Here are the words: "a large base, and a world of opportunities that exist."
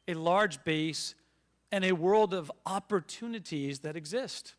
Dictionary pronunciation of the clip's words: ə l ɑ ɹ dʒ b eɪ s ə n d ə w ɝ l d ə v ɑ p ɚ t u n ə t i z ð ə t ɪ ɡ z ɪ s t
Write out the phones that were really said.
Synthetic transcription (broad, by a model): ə l ɑ ɹ dʒ b eɪ s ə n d ə w ɝ l d ə v ɑ p ɚ t u n ə t i z ð ə t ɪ ɡ z ɪ s t